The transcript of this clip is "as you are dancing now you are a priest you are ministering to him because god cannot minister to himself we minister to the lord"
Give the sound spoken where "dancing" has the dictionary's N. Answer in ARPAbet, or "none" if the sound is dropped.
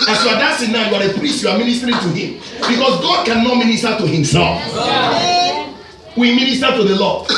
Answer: none